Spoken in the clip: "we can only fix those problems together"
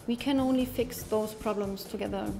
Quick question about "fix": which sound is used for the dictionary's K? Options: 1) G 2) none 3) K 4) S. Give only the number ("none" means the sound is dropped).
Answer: 3